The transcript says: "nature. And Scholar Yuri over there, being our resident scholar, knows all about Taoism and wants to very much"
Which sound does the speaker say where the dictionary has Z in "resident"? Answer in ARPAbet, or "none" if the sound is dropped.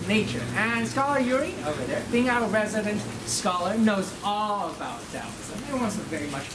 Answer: Z